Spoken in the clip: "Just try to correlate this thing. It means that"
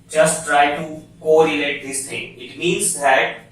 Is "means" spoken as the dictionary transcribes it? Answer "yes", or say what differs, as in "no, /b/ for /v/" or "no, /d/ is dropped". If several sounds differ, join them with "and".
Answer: yes